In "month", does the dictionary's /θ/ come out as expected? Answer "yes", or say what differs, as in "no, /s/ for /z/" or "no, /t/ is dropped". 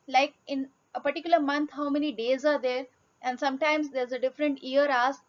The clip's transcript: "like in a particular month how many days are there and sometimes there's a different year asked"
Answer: no, /t/ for /θ/